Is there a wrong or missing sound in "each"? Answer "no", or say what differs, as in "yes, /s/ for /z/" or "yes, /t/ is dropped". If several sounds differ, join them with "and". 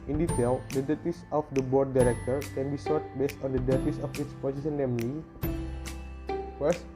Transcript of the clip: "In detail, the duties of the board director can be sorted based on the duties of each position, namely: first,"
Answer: yes, /s/ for /tʃ/